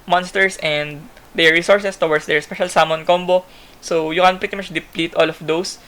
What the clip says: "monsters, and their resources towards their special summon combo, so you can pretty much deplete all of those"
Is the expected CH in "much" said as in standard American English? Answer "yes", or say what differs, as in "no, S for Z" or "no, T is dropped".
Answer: yes